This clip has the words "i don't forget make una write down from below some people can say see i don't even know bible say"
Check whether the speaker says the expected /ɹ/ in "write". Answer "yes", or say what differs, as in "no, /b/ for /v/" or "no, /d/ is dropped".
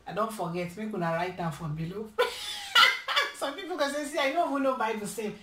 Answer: yes